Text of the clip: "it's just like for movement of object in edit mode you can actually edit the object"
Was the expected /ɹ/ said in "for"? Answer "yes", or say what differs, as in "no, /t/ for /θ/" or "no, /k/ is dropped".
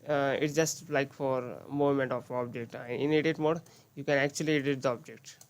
yes